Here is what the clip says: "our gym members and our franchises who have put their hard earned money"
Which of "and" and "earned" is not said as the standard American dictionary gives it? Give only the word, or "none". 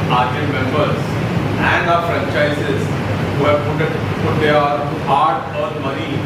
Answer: earned